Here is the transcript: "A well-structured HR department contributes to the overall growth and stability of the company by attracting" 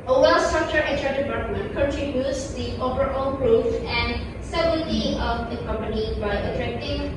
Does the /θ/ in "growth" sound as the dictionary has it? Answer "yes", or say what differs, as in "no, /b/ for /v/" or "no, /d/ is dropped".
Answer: no, /f/ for /θ/